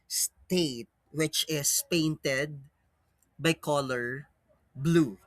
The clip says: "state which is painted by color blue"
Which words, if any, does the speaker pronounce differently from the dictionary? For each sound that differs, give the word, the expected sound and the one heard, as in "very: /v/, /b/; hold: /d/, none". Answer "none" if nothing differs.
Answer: is: /z/, /s/